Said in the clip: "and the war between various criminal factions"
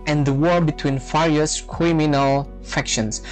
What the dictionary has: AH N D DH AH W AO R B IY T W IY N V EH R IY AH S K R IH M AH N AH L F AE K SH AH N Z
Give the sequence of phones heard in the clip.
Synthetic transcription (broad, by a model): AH N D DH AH W AO R B IY T W IY N F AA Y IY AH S K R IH M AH N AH L F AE K SH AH N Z